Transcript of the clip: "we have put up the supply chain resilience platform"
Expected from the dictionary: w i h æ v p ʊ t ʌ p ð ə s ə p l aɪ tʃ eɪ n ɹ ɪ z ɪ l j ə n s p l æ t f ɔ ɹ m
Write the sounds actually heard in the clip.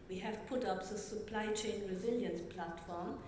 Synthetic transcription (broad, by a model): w i h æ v p ʊ t ʌ p ð ə s ə p l aɪ tʃ eɪ n ɹ ɪ z ɪ l j ə n s p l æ t f ɔ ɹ m